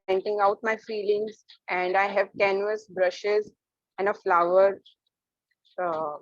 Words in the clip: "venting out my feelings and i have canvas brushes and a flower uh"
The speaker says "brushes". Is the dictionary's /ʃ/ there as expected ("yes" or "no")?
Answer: yes